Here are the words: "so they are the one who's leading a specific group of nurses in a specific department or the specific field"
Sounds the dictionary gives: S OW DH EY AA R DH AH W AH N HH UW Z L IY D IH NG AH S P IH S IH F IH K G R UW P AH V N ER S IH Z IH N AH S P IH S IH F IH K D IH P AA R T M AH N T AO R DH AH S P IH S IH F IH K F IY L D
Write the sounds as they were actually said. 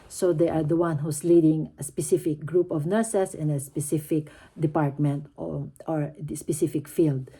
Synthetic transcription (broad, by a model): S OW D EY AA R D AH W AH N HH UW S L IY D IH NG AH S P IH S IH F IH K G R UW P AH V N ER S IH S IH N AH S P IH S IH F IH K D IH P AA R T M AH N T AO R S P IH S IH F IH K F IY L D